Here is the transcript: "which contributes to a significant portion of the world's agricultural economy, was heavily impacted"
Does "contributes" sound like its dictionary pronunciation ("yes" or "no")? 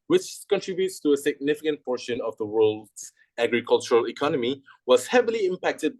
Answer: yes